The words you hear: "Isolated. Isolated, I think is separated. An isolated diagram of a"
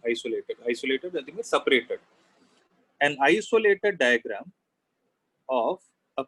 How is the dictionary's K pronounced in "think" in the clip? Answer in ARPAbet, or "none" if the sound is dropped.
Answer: none